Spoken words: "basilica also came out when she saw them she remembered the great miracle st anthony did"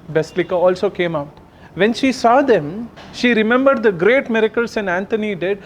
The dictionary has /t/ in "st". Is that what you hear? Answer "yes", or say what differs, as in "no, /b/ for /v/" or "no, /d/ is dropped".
no, /t/ is dropped